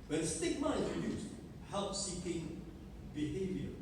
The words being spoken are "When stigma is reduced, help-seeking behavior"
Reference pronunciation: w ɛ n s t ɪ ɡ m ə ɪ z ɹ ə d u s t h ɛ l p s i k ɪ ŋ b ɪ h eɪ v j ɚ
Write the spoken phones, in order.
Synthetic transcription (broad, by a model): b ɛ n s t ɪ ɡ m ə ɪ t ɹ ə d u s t h ɛ l p s i k ɪ ŋ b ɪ h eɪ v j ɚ